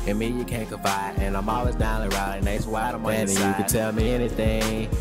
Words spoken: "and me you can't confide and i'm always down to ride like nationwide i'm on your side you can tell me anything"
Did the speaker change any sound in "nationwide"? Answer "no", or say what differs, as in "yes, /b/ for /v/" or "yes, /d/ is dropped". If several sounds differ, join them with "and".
yes, /ʃ/ is dropped